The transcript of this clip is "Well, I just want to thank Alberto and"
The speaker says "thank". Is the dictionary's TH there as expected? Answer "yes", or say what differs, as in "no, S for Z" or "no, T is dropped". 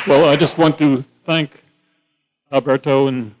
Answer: yes